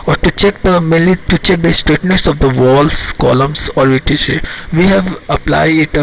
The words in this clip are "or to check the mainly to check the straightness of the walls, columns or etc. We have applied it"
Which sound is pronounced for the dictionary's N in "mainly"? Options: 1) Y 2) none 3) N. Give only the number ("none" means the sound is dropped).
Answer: 2